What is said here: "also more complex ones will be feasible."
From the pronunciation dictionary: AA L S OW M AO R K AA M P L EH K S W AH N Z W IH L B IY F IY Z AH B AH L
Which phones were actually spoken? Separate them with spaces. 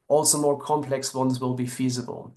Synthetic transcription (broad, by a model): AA L S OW M AO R K AA M P L EH K S W AH N Z W IH L B IY F IY Z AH B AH L